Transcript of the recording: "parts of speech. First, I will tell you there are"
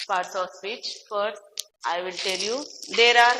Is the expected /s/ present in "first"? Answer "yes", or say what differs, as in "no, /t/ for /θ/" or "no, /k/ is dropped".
no, /s/ is dropped